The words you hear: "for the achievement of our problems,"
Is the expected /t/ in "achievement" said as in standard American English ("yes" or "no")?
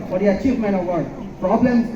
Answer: no